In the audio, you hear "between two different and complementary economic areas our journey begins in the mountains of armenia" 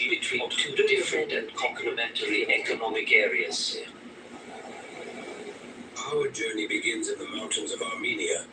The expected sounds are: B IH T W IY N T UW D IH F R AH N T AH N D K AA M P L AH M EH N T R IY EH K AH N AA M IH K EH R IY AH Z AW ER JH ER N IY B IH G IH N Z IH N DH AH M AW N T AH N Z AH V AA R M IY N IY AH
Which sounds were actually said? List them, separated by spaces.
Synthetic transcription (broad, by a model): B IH T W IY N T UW D IH F R AH N T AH N K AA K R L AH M EH N T L IY EH K AH N AA M IH K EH R IY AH S AW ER JH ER N IY B IH G IH N Z IH N DH AH M AW N T AH N Z AH V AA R M IY N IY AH